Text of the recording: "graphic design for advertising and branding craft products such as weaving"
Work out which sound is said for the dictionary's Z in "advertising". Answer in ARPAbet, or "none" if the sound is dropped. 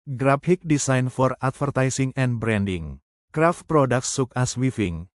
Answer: S